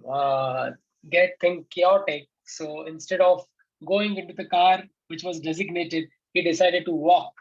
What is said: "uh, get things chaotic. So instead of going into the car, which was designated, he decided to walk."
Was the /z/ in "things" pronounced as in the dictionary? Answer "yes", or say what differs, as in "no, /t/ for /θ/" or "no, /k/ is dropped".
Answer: no, /z/ is dropped